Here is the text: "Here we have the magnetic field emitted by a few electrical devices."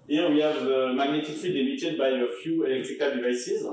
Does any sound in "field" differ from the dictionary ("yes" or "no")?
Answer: yes